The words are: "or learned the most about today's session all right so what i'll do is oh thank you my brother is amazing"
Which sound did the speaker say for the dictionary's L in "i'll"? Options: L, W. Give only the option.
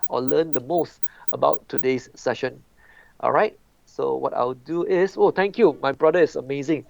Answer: W